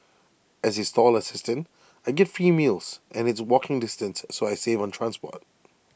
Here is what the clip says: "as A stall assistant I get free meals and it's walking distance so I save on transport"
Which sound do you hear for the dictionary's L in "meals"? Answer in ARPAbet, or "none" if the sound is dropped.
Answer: L